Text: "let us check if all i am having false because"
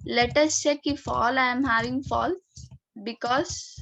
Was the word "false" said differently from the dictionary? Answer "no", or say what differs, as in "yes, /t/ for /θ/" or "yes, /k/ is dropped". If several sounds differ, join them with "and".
yes, /s/ is dropped